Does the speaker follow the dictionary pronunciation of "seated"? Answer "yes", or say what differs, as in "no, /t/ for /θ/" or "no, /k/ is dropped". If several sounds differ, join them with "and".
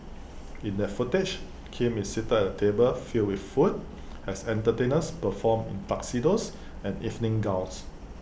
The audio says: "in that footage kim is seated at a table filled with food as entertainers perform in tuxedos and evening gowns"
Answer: no, /d/ is dropped